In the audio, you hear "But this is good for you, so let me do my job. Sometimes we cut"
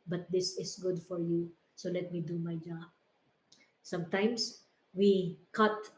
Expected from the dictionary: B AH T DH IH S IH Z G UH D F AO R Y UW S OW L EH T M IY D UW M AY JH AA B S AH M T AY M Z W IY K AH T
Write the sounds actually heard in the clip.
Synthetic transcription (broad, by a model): B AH T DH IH S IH S G UH D F AO R Y UW S OW L EH T M IY D UW M AY JH AA B S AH M T AY M S W IY K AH T